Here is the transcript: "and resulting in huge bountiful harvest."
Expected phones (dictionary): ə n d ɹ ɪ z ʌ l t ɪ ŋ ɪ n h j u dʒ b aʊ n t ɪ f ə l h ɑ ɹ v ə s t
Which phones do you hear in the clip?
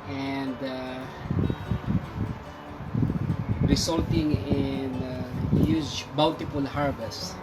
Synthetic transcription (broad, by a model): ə n d ɹ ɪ s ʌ l t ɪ ŋ ɪ n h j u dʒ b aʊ l t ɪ p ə l h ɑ ɹ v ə s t